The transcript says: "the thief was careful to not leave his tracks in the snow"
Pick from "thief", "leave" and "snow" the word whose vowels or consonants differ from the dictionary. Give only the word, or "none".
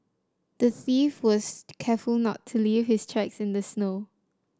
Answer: none